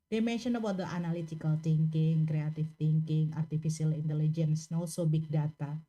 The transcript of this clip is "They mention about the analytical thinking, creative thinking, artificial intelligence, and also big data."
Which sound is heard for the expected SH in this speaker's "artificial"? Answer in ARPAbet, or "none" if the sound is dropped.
S